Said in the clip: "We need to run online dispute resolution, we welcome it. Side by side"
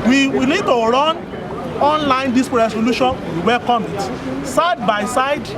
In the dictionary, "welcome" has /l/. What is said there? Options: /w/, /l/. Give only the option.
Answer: /l/